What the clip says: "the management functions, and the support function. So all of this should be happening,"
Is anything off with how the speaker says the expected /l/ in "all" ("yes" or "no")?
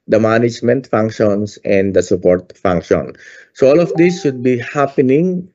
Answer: no